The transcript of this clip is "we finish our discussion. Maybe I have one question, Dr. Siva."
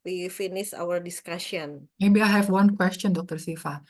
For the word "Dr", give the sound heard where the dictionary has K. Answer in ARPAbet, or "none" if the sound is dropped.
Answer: K